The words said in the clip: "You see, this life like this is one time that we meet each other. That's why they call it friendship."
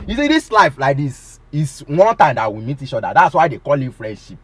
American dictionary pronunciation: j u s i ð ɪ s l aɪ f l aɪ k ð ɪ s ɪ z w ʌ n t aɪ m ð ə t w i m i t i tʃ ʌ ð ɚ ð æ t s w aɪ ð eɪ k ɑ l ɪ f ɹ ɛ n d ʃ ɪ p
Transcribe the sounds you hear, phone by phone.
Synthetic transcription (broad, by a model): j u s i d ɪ s l aɪ f l aɪ k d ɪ s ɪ s w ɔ n t aɪ m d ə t w i m i t i tʃ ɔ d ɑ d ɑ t s w aɪ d eɪ k ɑ l ɪ f ɹ ɛ n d ʃ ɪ p